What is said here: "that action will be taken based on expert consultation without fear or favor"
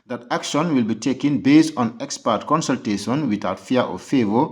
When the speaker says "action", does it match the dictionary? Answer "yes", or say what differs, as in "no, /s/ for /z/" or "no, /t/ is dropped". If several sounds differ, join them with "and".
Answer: yes